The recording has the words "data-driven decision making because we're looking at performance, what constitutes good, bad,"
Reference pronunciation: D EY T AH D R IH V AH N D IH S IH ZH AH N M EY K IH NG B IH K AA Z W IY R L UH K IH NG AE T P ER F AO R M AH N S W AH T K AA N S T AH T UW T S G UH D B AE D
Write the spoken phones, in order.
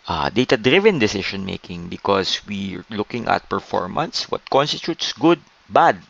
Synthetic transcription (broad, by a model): D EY T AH D R IH V AH N D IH S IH SH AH N M EY K IH NG B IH K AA S W IY R L UH K IH NG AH T P ER F AO R M AH N S W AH T K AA N S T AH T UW T S G UH D B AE D